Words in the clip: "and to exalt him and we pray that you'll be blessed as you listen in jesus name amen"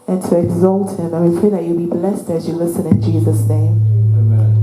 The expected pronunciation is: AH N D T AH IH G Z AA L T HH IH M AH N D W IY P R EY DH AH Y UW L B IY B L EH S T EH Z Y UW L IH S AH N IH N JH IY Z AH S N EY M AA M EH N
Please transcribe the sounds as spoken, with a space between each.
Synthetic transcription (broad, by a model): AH N T AH IH G Z AA L T HH IH M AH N W IY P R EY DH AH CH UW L B IY B L EH S T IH Z Y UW L IH S AH N IH N JH IY Z AH S N EY AA M